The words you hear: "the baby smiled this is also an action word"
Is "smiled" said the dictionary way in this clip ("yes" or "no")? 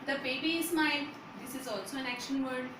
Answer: no